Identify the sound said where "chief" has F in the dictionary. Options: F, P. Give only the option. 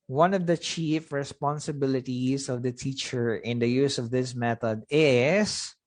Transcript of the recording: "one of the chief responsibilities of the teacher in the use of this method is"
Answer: F